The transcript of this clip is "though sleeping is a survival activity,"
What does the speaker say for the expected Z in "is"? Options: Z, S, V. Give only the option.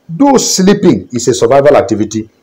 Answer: S